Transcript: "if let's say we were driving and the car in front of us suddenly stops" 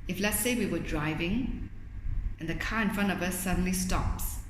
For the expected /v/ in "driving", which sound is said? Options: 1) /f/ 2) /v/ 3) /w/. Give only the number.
2